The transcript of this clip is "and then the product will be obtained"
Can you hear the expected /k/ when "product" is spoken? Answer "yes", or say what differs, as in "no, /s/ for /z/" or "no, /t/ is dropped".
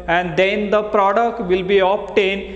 yes